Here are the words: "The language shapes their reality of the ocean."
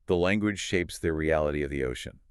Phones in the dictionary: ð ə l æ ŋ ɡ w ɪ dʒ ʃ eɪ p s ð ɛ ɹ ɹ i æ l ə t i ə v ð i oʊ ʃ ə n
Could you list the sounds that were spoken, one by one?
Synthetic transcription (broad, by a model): ð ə l æ ŋ ɡ w ɪ dʒ ʃ eɪ p s ð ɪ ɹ ɹ i æ l ə t i ə v ð i oʊ ʃ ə n